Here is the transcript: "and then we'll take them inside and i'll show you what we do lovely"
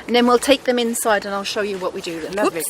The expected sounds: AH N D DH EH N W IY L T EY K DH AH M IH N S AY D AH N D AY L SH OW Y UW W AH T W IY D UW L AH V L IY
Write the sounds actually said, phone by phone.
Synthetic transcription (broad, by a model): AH N DH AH N W IY L T EY K DH AH M IH N S AY D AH N AY L SH OW Y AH W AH T W IY D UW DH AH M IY